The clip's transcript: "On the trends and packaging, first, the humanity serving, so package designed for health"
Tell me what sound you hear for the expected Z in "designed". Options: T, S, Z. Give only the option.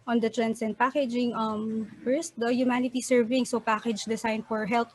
S